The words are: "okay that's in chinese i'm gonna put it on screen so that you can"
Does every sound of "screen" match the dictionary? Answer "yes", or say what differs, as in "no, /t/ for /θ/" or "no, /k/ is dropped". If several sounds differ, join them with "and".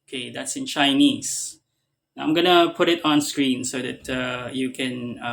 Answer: yes